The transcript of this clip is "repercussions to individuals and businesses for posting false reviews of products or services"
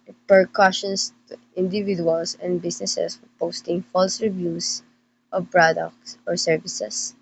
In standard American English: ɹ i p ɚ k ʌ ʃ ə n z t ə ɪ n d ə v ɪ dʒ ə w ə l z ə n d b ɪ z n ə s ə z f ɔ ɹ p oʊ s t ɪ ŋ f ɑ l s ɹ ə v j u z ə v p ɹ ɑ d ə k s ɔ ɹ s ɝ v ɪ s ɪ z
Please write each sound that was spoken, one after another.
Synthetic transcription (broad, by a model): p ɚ k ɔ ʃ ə n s t ə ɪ n d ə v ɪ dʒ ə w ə l s ə n d b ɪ s n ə s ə s f ɔ ɹ p oʊ s t ɪ ŋ f ɑ l s ɹ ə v j u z ə v p ɹ ɑ d ə k s ɔ ɹ s ɝ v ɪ s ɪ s